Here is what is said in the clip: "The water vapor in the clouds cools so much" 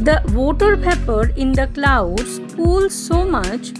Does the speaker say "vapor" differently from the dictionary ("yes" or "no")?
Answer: yes